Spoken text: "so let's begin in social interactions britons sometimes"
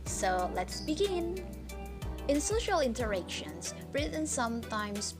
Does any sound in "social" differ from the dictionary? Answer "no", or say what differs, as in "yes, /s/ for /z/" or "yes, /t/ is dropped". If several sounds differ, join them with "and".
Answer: no